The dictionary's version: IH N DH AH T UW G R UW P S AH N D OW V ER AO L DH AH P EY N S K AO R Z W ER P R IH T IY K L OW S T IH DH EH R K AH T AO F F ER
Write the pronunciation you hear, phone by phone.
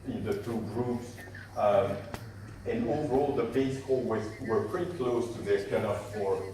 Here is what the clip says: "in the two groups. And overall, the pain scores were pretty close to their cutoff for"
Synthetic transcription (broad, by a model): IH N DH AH T UW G R UW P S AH N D OW V ER AO L DH AH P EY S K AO W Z W ER P R IH T IY K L OW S T IH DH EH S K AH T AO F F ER